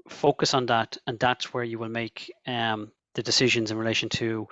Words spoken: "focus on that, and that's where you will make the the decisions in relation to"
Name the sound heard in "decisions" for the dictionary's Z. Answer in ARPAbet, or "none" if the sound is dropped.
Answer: Z